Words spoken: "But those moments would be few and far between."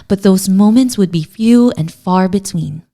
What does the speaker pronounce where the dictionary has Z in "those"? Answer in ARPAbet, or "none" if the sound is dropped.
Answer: Z